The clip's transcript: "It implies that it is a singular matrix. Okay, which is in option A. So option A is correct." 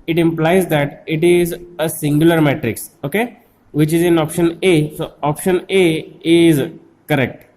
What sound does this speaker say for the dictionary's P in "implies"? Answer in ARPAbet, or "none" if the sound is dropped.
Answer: P